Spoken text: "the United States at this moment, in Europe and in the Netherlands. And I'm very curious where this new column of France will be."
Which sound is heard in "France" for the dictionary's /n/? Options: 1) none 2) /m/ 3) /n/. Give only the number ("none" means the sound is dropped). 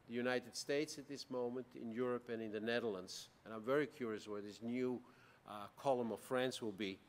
3